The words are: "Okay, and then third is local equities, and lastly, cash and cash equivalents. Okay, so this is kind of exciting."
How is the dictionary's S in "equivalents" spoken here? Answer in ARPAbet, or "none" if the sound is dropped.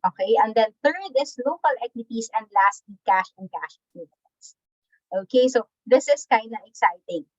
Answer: none